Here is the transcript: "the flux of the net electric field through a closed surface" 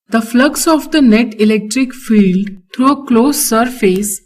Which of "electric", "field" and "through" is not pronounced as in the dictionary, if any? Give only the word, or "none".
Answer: through